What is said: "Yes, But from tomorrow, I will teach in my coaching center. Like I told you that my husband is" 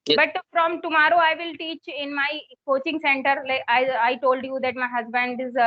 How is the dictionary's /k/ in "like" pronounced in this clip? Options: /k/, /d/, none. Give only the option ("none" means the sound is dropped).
none